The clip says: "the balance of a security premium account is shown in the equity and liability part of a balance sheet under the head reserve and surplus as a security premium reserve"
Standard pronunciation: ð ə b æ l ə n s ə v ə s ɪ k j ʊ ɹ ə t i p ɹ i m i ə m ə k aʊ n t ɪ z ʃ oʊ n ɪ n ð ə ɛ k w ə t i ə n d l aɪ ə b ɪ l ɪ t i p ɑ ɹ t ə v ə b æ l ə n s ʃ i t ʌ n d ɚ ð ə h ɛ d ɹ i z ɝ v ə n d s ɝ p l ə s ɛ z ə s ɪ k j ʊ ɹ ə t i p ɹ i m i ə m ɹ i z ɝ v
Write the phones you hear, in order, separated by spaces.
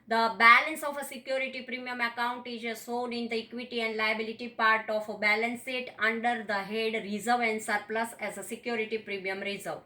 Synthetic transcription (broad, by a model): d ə b æ l ə n s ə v ə s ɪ k j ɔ ɹ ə t i p ɹ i m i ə m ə k aʊ n t ɪ z s oʊ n ɪ n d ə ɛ k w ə t i ə n d l aɪ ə b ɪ l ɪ t i p ɑ ɹ t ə f ə b æ l ə n s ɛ t ʌ n d ɚ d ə h ɛ d ɹ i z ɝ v ə n d s ɝ p l ə s ɛ z ə s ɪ k j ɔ ɹ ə t i p ɹ i m i ə m ɹ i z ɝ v